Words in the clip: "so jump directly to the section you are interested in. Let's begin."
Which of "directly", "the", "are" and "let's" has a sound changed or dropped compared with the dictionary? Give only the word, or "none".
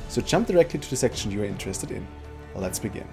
none